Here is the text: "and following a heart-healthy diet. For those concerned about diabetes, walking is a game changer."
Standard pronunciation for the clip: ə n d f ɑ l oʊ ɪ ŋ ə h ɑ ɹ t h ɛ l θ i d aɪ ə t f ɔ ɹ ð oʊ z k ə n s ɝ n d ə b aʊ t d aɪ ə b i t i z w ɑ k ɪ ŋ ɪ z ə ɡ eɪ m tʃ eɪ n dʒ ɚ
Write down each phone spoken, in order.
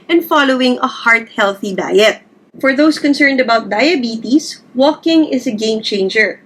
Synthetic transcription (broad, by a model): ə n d f ɑ l oʊ ɪ ŋ ə h ɑ ɹ t h ɛ l θ i d aɪ ə t f ɔ ɹ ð oʊ s k ə n s ɝ n d ə b aʊ t d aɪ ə b i t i s w ɑ k ɪ ŋ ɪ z ə ɡ eɪ m tʃ eɪ n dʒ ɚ